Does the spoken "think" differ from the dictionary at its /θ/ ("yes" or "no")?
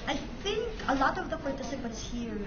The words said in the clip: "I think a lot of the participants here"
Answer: no